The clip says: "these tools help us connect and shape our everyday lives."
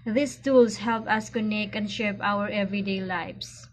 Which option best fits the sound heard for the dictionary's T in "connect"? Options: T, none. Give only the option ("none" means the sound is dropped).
none